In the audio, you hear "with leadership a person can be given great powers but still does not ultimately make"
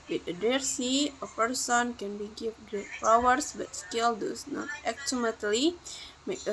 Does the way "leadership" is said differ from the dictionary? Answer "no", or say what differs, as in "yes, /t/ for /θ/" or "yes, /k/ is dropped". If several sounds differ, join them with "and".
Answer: yes, /s/ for /ʃ/ and /p/ is dropped